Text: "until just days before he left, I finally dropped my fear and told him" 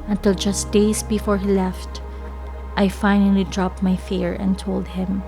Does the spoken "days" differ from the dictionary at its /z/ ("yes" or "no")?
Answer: yes